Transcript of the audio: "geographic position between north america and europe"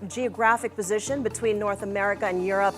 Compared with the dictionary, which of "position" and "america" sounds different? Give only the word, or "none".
none